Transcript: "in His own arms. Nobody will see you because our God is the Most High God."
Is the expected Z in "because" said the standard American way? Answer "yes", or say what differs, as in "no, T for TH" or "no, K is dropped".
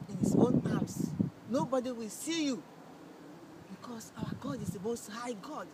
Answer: no, S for Z